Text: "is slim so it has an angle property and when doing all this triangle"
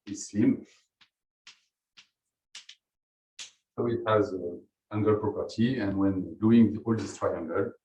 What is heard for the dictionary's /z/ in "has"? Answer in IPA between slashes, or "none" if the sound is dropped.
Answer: /z/